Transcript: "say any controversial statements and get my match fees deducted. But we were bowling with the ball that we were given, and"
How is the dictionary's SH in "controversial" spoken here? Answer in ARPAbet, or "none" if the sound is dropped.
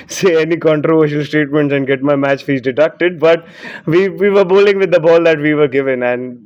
SH